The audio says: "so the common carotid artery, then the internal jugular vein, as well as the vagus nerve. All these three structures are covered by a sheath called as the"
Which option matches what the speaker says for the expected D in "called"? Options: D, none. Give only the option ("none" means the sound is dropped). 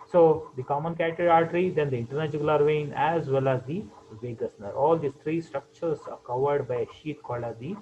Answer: none